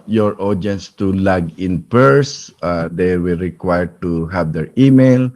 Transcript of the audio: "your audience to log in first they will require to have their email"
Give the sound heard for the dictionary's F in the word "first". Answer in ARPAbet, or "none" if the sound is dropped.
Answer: P